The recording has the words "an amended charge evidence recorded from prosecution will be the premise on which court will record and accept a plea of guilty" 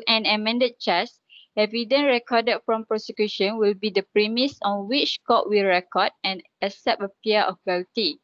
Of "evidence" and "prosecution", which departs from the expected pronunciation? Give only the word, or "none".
evidence